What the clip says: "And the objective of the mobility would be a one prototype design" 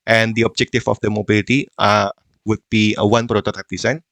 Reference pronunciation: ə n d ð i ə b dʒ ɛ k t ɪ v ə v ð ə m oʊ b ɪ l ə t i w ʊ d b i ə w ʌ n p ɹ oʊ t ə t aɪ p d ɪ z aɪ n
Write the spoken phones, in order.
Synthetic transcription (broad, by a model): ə n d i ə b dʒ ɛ k t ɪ f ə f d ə m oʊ b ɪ l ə t i w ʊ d b i ə w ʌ n p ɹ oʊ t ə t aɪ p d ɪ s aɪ n